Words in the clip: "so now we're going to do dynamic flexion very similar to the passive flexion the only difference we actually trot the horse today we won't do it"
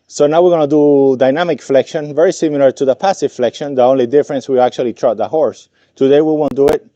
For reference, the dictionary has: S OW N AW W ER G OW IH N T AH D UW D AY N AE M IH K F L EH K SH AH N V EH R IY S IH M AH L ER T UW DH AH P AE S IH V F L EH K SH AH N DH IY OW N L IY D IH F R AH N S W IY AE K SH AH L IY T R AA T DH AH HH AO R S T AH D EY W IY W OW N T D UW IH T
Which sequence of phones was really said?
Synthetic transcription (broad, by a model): S OW N AW W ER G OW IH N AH D UW D AY N AE M IH K F L EH K SH AH N V EH R IY S IH M AH L ER T UW DH AH P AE S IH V F L EH K SH AH N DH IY OW N L IY D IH F R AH N S W IY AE K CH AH L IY T R AA T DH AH HH AO R S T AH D EY W IY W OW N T D UW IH T